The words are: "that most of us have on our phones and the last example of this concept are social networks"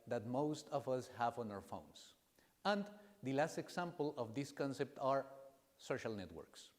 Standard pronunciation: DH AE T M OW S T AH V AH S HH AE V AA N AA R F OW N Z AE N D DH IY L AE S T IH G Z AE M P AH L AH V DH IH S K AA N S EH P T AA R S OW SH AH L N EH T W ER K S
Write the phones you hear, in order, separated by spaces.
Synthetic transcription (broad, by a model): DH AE T M OW S T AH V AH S HH AE V AA N AA R F OW N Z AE N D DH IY L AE S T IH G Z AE M P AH L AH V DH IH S K AA N S EH P T AA R S OW SH AH L N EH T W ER K S